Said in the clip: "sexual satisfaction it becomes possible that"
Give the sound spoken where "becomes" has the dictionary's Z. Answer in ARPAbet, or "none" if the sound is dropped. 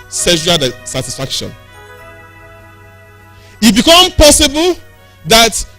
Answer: none